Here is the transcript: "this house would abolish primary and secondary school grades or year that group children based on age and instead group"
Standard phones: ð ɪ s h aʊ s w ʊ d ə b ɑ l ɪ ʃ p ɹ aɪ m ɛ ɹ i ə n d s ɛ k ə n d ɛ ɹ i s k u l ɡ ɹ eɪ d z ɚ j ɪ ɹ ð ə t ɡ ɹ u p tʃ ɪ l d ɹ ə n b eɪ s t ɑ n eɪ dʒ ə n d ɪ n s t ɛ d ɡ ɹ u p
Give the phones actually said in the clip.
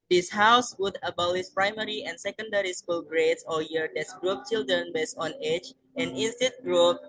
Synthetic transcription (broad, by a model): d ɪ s h aʊ s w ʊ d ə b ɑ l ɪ s p ɹ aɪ m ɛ ɹ i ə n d s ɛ k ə n d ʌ ɹ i s k u l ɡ ɹ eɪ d s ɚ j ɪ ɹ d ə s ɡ ɹ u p tʃ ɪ l d ɹ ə n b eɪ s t ɑ n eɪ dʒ ə n d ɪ n s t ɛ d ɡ ɹ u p